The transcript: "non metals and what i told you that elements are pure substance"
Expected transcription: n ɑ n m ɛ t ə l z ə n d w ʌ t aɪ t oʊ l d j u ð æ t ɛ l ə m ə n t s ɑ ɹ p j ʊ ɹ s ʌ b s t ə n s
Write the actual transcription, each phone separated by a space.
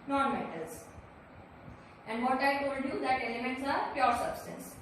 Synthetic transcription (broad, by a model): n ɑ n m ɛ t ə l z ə n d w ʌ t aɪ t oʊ d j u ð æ t ɛ l ə m ə n t s ɑ ɹ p j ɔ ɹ s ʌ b s t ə n s